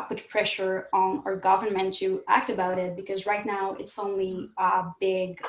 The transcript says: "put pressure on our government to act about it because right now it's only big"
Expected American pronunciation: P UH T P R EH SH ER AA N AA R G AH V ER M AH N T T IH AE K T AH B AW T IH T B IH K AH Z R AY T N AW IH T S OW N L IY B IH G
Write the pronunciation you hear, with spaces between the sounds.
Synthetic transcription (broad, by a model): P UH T P R EH SH ER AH N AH R G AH V ER M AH N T T IH AE K T AH B AW T IH T B IH K AH Z R AY T N AW IH T S OW N L IY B IH G